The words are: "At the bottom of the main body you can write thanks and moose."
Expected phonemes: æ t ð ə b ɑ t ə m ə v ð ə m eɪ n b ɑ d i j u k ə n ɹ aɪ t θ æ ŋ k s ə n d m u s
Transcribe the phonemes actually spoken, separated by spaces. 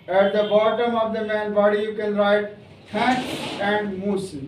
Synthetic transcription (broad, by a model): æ t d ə b ɑ t ə m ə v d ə m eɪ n b ɑ d i j u k ə n ɹ aɪ t t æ k ə n d m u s